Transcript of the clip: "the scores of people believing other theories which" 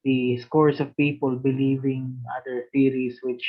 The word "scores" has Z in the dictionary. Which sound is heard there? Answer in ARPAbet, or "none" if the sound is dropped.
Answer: S